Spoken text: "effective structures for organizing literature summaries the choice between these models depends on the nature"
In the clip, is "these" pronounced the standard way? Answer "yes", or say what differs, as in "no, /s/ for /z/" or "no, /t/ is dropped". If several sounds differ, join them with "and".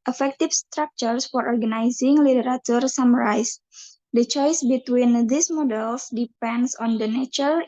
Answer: no, /s/ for /z/